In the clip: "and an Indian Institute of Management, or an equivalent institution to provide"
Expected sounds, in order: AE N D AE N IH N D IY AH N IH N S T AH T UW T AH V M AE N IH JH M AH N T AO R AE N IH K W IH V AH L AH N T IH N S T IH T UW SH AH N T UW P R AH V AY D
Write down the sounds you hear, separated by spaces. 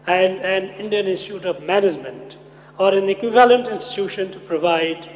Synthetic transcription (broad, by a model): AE N D AE N IH N D IY AH N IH N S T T UW T AH V M AE N IH JH M AH N T AO R AE N IH K W IH V AH L AH N T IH N S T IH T UW SH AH N T UW P R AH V AY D